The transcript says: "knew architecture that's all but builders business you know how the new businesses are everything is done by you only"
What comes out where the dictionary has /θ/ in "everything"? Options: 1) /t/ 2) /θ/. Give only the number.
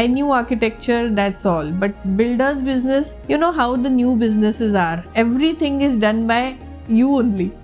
1